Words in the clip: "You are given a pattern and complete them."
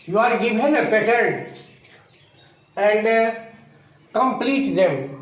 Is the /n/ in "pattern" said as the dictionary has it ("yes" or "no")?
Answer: no